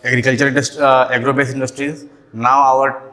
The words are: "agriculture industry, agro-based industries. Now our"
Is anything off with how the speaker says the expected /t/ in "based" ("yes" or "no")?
yes